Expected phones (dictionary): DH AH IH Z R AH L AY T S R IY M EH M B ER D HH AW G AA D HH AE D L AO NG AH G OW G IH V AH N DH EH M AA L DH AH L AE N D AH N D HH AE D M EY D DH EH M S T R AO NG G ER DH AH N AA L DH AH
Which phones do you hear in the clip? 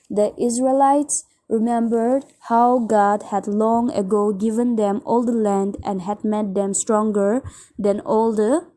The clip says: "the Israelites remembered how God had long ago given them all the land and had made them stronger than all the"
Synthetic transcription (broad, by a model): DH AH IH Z R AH L AY T S R IY M EH M B ER D HH AW G AA D HH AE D L AO NG AH G OW G IH V AH N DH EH M AA L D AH L AE N D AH N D HH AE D M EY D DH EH M S T R AO NG G ER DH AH N AA L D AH